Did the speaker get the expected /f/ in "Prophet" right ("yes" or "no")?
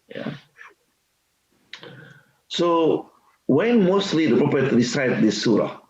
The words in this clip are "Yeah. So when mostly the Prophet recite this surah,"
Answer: no